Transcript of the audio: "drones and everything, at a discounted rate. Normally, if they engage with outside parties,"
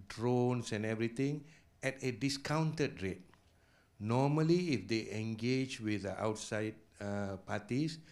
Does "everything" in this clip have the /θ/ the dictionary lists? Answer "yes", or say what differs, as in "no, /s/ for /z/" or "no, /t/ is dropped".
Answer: no, /t/ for /θ/